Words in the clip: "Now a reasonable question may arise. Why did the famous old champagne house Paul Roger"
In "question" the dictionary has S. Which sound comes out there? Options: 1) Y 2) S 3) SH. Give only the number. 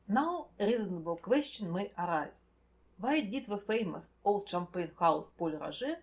3